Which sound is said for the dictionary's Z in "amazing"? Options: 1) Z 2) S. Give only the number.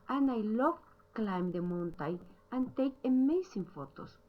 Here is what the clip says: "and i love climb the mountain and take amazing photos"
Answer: 2